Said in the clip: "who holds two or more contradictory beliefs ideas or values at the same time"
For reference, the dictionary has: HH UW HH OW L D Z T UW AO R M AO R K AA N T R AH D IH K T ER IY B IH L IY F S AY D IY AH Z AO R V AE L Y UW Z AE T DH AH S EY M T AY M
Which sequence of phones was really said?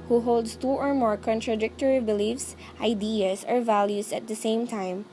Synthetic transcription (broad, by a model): HH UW HH OW L D S T UW AO R M AO R K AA N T R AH D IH K T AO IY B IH L IY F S AY D IY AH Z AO R V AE L Y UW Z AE T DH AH S EY M T AY M